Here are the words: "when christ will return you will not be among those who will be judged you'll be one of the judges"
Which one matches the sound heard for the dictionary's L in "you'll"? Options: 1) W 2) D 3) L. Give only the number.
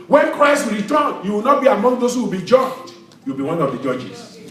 1